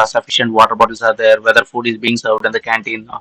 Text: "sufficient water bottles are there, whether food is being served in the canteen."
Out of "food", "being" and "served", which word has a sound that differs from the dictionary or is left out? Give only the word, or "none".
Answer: none